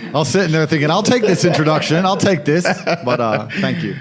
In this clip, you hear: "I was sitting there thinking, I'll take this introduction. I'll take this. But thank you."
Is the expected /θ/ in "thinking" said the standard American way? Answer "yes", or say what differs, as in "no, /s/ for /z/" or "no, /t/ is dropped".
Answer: yes